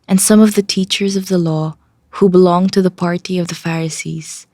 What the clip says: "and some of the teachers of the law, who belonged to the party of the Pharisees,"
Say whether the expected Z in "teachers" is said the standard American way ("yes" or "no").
yes